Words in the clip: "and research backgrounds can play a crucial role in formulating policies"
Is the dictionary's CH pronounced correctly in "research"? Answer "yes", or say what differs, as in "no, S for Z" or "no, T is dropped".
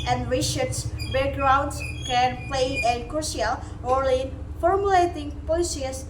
no, S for CH